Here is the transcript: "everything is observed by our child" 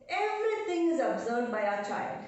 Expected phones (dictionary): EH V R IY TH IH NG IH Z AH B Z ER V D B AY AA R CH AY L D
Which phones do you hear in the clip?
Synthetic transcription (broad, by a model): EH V R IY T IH NG IH Z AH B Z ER D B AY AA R CH AY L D